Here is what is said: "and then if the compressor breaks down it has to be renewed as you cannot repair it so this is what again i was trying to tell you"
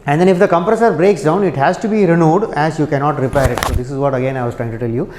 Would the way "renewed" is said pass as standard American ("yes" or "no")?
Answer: yes